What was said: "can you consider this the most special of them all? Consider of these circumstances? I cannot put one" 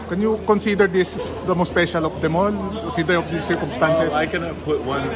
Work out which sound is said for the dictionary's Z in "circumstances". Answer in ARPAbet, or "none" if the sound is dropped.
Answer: none